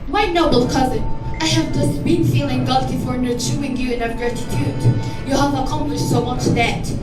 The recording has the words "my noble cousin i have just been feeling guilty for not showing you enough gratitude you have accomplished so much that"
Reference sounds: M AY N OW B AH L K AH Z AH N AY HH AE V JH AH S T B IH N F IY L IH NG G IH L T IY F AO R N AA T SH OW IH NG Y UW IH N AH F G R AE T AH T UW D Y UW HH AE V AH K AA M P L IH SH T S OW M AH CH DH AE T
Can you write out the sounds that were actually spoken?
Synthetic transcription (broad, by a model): M AY N OW B L K AH Z AH N AY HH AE V JH AH S T B IH N F IY L IH NG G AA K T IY F AO R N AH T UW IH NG Y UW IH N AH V G R AE T AH T UW D Y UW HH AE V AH K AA M P L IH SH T S OW M AH CH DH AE T